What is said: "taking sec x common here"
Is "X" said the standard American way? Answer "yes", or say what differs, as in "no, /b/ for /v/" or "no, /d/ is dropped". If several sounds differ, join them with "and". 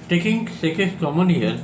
no, /k/ is dropped